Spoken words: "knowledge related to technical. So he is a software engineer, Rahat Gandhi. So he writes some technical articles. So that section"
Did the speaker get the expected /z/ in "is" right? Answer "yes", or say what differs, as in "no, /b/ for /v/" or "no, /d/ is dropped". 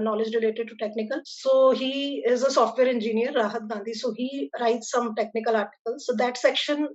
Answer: yes